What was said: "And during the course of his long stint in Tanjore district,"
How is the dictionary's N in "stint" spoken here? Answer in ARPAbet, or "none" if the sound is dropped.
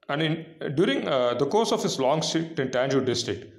none